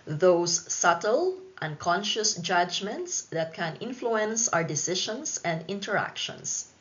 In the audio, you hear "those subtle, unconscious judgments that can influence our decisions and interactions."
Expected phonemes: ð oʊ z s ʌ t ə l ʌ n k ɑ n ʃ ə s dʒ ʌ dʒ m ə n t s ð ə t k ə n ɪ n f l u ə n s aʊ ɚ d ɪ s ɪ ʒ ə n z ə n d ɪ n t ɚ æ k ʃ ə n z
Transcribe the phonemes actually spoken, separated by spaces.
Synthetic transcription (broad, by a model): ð oʊ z s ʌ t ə l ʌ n k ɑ n ʃ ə s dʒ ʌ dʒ m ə n t s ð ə t k ə n ɪ n f l u ə n s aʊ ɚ d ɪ s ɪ ʃ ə n s ə n d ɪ n t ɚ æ k ʃ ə n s